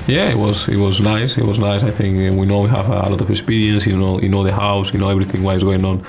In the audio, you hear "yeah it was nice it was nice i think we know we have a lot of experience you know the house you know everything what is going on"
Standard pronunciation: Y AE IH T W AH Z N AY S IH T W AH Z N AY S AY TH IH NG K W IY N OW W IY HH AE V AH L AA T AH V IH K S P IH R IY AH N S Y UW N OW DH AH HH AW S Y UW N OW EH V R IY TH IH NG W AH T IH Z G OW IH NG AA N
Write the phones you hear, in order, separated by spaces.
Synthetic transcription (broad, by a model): Y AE IH T W AH Z N AY S IH T W AH Z N AY S AY TH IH NG K W IY N OW W IY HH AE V AH L AA T AH V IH K S P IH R IY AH N S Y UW N OW DH AH HH AW S Y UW N OW EH V R IY TH IH NG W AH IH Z G OW IH NG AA N